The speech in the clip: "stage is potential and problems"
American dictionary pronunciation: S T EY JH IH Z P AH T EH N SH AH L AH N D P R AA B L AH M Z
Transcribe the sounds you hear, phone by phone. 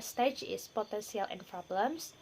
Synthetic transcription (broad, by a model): S T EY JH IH S P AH T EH N S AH L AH N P R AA B L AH M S